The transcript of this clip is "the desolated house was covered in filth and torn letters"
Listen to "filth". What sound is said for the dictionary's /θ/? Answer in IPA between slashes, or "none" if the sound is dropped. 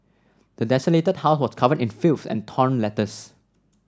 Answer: /s/